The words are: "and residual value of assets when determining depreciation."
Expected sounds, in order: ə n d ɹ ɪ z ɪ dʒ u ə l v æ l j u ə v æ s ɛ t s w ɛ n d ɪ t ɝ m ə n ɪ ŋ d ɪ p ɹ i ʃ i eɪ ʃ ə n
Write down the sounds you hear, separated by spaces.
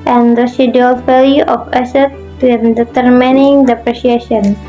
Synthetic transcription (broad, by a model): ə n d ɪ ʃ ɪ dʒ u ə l f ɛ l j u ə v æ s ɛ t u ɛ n d ɪ t ɝ m ə n ɪ ŋ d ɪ p ɹ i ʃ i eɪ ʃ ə n